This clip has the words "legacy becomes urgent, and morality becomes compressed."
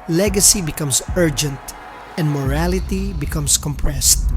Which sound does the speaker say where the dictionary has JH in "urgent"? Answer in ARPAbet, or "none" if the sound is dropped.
JH